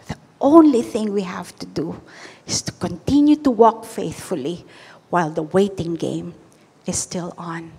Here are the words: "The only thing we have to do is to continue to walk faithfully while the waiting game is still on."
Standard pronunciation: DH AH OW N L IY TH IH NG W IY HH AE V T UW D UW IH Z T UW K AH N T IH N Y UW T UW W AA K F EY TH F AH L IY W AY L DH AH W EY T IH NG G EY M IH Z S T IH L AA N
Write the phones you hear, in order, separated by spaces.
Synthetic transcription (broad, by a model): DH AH OW N L IY TH IH NG W IY HH AE V T UW D UW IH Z T UW K AH N T IH N Y UW T UW W AA K F EY TH F AH L IY W AY L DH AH W EY T IH NG G EY M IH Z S T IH L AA N